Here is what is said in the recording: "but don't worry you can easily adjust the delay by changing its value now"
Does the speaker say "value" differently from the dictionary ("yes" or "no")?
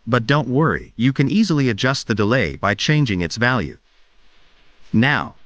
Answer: no